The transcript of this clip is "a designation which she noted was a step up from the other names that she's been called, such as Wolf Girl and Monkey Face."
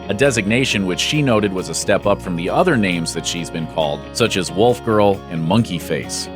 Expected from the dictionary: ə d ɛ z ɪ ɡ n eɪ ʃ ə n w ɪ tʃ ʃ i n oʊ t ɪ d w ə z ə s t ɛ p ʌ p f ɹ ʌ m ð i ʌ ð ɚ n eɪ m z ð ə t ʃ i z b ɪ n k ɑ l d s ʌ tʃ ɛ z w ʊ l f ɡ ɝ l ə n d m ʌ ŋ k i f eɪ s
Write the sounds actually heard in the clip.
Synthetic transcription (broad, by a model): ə d ɛ z ɪ ɡ n eɪ ʃ ə n w ɪ tʃ ʃ i n oʊ t ɪ d w ə z ə s t ɛ p ʌ p f ɹ ʌ m ð i ʌ ð ɚ n eɪ m z ð ə t ʃ i z b ɪ n k ɑ l d s ʌ tʃ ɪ z w ʊ l f ɡ ɝ l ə n m ʌ ŋ k i f eɪ s